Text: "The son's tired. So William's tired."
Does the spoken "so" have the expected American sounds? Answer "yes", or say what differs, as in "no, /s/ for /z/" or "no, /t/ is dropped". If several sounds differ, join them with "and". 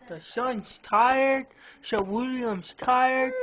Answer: no, /ʃ/ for /s/